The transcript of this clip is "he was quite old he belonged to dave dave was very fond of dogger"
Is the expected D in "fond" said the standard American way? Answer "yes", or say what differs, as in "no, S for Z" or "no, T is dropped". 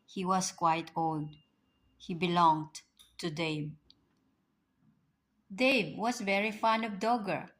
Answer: no, D is dropped